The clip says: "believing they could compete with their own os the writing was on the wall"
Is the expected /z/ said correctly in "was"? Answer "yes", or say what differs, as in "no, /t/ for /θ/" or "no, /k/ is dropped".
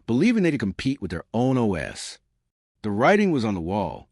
yes